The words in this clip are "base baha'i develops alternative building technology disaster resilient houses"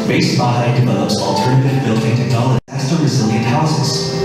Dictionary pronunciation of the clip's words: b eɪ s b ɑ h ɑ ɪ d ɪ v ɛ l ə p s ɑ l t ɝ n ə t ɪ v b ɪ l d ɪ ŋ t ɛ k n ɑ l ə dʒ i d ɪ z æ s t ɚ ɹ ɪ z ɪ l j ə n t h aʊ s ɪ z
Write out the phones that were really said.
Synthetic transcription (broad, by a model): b eɪ s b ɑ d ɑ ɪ d ɪ v ɛ l ə p s ɑ l t ɝ n ə t ɪ v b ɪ l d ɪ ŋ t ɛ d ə i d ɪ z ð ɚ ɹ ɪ z ɪ l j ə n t h aʊ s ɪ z